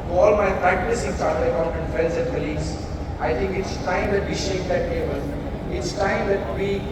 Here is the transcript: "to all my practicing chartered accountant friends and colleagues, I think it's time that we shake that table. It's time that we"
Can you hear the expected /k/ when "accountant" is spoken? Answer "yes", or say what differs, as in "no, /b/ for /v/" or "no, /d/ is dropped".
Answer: no, /k/ is dropped